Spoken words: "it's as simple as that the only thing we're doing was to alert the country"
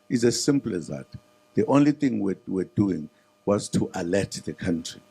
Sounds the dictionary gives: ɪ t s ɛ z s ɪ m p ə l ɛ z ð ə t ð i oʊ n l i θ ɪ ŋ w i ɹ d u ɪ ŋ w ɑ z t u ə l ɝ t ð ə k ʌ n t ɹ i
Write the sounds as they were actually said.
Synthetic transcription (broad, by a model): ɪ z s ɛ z s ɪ m p l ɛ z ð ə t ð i oʊ n l i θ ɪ ŋ w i w d u ɪ ŋ w ɑ z t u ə l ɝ t ð ə k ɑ n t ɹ i